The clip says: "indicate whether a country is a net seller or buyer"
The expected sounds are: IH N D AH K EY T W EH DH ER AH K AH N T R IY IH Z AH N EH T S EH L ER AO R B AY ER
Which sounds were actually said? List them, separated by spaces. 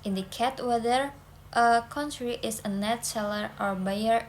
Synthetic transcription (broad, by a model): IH N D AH K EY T W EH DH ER AH K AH N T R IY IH S AH N EH T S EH L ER AO R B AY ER